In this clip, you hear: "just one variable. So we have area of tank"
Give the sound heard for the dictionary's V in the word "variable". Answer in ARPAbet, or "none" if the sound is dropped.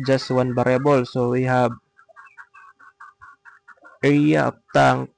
B